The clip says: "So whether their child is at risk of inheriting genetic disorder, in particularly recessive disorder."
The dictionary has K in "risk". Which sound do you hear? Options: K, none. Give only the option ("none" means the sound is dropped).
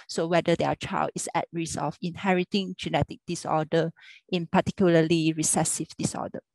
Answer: none